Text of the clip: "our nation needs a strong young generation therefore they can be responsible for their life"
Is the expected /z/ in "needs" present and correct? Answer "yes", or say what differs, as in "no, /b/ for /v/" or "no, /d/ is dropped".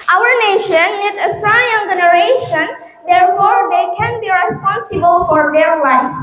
no, /z/ is dropped